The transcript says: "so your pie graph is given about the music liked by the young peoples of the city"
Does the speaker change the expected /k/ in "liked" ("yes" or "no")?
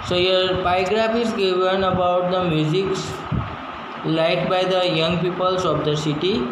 yes